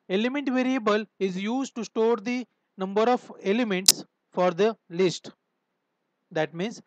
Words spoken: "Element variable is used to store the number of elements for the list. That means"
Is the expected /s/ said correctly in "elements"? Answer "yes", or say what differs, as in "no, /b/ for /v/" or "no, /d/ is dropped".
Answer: yes